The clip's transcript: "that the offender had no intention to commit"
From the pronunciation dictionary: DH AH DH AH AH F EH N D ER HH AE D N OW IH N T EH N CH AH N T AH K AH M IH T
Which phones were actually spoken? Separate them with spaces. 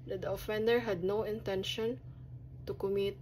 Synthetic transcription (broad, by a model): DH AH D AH AH F EH N D ER HH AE D N OW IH N T EH N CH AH N T AH K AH M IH T